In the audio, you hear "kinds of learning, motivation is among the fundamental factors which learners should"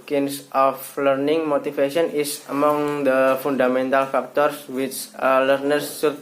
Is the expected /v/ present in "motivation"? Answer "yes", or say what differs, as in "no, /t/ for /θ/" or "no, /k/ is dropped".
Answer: no, /f/ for /v/